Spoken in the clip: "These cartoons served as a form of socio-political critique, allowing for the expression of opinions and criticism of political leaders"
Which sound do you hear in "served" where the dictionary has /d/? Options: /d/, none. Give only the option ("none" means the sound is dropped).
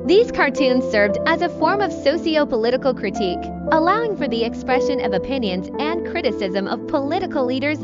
/d/